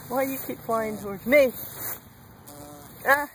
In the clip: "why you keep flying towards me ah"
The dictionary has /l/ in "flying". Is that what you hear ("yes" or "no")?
no